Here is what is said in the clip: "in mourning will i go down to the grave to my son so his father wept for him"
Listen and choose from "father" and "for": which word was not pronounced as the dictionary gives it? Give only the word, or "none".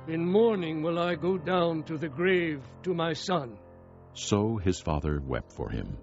none